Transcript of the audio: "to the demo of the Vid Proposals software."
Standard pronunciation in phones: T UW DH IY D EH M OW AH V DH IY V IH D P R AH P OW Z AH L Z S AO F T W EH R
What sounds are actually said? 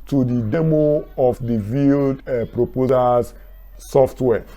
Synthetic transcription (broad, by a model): T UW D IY D EH M OW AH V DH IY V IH D P R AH P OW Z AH Z S AO F T W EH